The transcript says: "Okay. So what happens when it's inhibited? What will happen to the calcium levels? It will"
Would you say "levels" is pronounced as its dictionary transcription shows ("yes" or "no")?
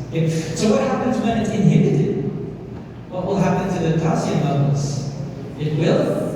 no